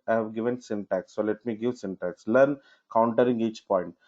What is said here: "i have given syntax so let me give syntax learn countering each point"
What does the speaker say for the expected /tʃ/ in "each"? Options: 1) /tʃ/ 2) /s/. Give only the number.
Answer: 1